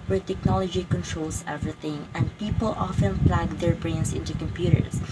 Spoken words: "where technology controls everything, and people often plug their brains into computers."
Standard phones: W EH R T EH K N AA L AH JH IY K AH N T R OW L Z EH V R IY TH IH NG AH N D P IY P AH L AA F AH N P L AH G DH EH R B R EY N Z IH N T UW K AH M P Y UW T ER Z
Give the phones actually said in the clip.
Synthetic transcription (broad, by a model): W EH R T EH K N AA L AH JH IY K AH N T R OW L S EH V R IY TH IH NG AH N D P IY P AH L AA F AH N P L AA G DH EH R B R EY N S IH N T UW K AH M P Y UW T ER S